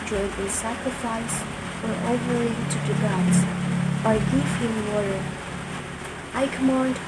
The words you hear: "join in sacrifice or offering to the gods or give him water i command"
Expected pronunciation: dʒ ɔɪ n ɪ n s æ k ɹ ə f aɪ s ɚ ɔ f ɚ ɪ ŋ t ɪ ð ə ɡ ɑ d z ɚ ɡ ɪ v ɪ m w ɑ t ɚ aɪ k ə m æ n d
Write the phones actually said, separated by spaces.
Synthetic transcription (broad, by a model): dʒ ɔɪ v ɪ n s æ k ɹ ə f aɪ s ɚ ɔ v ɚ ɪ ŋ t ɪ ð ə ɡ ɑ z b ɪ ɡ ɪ f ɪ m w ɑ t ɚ aɪ k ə m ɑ n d